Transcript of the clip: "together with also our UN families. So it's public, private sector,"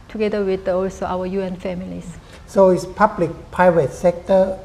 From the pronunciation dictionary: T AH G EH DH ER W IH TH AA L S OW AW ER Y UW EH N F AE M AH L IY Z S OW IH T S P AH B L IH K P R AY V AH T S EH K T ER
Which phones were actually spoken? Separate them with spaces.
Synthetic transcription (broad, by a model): T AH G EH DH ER W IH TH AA L S OW AW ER Y UW EH N F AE M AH L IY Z S OW IH T S P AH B L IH K P AY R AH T S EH K T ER